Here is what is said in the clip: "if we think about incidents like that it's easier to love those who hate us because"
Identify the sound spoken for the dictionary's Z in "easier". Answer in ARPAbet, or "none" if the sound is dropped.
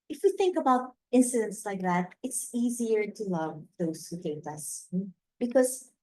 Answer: Z